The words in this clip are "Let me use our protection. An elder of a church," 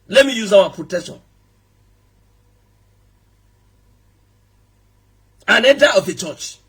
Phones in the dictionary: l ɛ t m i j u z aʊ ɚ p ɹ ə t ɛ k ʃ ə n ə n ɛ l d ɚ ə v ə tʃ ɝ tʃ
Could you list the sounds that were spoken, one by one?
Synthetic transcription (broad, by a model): l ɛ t m i j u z aʊ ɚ p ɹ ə t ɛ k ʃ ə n ə n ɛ d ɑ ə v ə tʃ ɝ tʃ